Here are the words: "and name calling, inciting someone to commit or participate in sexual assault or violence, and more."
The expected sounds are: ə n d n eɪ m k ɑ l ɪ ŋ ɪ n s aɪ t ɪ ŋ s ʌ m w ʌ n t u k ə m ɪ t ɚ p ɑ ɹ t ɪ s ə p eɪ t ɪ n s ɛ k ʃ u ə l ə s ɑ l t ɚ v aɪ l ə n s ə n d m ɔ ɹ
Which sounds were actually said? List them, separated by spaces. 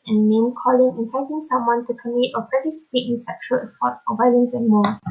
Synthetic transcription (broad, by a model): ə n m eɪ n k ɑ l ɪ ŋ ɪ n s aɪ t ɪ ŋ s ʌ m w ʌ n t u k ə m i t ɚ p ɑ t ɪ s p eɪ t ɪ n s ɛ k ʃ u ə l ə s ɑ t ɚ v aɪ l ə n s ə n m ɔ